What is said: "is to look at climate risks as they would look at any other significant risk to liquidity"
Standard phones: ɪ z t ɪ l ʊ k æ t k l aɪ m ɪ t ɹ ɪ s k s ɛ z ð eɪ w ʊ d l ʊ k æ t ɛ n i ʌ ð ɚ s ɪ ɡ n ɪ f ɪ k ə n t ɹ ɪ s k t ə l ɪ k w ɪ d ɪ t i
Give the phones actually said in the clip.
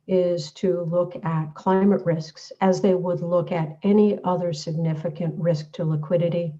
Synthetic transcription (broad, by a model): ɪ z t ɪ l ʊ k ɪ t k l aɪ m ɪ t ɹ ɪ s k s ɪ z ð eɪ w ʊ d l ʊ k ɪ t ɛ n i ʌ ð ɚ s ɪ ɡ n ɪ f ɪ k ə n t ɹ ɪ s k t ə l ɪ k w ɪ d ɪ t i